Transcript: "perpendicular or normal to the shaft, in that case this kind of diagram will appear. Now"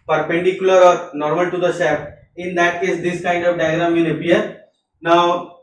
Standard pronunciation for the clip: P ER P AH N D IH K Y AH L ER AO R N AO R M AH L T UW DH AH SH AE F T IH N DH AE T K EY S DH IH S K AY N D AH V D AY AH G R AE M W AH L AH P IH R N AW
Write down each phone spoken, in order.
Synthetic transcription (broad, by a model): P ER P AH N D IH K Y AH L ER AO R N AO R M AH L T UW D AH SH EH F IH N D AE T K EY S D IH S K AY N D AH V D AY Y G R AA M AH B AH AH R N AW